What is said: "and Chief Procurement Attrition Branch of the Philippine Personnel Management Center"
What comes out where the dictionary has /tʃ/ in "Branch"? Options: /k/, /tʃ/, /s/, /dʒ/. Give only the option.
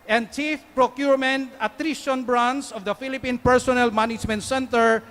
/s/